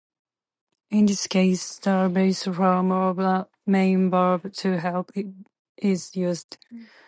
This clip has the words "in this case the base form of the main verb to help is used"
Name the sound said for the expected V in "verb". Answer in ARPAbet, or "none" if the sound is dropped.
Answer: B